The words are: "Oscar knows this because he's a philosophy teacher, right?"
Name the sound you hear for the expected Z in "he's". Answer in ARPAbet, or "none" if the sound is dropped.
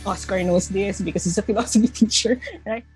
S